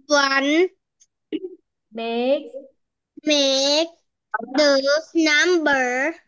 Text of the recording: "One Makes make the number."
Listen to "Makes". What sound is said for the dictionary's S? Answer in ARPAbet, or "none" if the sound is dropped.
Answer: none